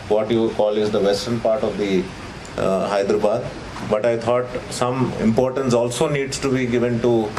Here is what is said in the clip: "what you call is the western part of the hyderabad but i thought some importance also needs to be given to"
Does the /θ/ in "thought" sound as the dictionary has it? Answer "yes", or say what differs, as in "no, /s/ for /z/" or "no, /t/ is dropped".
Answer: no, /t/ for /θ/